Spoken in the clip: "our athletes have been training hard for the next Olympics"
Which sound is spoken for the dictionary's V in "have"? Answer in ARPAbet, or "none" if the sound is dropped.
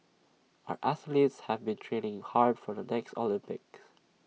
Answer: V